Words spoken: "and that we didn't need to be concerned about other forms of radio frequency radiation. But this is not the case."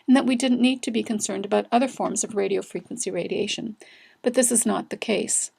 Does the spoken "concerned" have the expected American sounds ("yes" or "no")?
yes